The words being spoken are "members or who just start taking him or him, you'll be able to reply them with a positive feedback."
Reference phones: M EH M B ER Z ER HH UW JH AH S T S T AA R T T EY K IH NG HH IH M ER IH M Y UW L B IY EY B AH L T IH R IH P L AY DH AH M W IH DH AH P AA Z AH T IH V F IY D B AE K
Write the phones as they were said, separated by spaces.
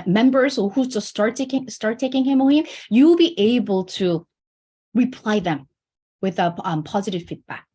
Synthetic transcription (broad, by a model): M EH M B ER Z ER HH UW Z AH S T S T AA R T T EY K IH NG HH IH M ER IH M Y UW L B IY EY B AH L T IH R IH P L AY DH AH M W IH DH AH P AA Z AH T IH V F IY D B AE K